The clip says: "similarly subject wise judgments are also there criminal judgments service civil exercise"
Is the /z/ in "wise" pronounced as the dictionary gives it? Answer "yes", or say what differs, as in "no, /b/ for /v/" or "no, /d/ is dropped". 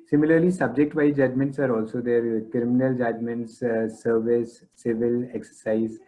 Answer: no, /z/ is dropped